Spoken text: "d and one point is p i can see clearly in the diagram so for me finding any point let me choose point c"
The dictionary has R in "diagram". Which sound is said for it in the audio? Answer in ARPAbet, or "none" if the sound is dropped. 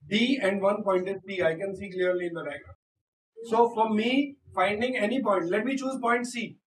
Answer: none